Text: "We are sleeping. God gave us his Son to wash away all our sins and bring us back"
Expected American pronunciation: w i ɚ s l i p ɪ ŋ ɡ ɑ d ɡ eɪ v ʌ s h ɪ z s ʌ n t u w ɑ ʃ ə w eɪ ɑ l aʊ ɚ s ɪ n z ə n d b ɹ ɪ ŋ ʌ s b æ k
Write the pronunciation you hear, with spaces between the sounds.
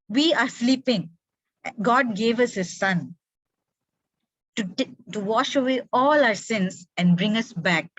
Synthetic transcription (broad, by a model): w i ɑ s l i p ɪ ŋ ɡ ɑ d ɡ eɪ v ʌ s h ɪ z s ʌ n t u w ɑ ʃ ə w eɪ ɑ l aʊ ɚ s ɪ n s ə n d b ɹ ɪ ŋ ʌ s b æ k